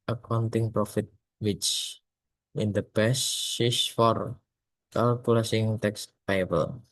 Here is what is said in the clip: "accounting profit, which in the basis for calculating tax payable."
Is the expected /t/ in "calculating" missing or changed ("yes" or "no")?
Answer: yes